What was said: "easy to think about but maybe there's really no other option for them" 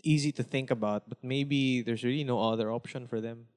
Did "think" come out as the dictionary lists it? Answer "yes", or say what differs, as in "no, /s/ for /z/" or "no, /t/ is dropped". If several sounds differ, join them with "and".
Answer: yes